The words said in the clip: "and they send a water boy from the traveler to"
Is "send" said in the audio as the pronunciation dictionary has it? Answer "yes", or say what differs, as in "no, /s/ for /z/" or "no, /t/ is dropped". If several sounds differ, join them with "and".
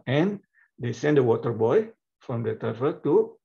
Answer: yes